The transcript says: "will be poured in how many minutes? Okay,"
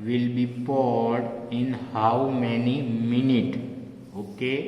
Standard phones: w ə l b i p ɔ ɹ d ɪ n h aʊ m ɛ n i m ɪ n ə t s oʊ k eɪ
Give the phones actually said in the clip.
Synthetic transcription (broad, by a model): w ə l b i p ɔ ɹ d ɪ n h aʊ m ɛ n i m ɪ n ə t oʊ k eɪ